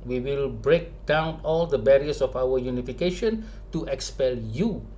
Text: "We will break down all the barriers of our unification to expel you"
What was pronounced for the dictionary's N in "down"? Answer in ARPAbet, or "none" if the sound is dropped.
N